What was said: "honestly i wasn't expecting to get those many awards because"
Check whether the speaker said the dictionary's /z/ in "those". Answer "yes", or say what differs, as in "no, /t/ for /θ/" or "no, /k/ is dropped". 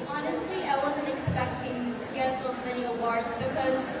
yes